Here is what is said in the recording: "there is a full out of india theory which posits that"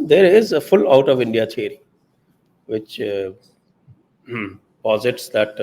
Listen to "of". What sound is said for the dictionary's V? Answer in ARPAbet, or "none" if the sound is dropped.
V